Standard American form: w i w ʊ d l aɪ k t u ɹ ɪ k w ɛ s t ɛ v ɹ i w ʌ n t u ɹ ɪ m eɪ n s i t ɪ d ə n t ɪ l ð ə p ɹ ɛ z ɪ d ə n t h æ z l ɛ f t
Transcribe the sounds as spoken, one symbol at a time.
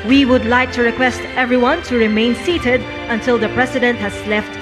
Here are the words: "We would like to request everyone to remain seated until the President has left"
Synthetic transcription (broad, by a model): w i w ʊ d l aɪ k t u ɹ ɪ k w ɛ s t ɛ v ɹ i w ʌ n t u ɹ ɪ m eɪ n s i t ɪ d ə n t ɪ l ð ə p ɹ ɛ s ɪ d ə n t h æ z l ɛ f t